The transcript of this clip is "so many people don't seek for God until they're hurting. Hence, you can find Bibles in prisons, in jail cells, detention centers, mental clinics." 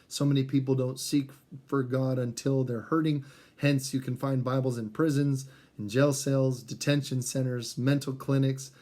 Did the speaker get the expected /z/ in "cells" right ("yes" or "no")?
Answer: yes